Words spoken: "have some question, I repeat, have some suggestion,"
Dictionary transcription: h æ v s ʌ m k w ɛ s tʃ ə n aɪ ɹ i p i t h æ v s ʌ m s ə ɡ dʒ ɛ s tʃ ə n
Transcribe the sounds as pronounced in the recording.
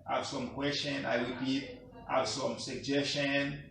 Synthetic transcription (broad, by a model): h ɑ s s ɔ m k w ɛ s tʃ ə n aɪ w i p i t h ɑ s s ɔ m s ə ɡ dʒ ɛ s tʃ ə n